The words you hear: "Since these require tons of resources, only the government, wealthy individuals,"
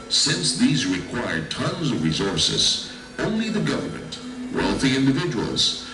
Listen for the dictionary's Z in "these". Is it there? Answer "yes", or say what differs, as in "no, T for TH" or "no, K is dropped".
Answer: yes